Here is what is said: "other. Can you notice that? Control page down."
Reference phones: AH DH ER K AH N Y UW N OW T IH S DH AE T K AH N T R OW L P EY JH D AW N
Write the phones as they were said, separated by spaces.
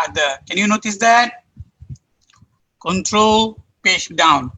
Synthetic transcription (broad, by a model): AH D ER K AH N Y UW N OW T IH S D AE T K AH N T R OW L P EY SH D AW N